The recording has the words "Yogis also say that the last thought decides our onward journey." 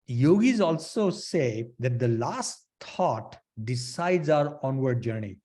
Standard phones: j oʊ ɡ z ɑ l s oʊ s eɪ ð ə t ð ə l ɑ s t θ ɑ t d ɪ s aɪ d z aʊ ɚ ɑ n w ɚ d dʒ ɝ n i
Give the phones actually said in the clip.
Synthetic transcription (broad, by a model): j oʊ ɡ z ɑ l s oʊ s eɪ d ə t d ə l ɑ s t t ɑ t d ɪ s aɪ d z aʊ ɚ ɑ n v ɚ d dʒ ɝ n i